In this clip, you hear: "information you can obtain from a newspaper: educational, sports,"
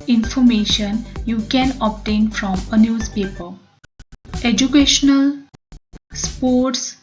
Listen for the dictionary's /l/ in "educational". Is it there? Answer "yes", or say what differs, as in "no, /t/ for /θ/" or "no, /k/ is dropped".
yes